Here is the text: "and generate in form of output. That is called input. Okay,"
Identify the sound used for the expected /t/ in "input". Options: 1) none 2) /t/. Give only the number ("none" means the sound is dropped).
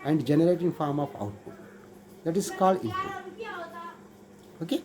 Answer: 1